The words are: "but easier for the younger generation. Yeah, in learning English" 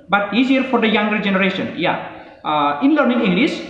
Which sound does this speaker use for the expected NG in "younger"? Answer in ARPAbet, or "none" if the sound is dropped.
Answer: NG